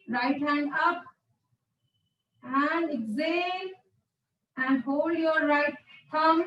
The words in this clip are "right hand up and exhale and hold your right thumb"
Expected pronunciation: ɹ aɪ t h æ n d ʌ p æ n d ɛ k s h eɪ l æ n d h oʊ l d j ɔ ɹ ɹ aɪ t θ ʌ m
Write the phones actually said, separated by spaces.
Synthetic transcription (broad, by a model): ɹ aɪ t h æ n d ʌ p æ n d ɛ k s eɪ n æ n d h oʊ l d j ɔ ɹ ɹ aɪ t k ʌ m